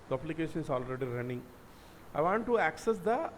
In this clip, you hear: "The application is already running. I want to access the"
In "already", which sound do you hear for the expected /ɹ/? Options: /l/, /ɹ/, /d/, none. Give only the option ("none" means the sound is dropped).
/ɹ/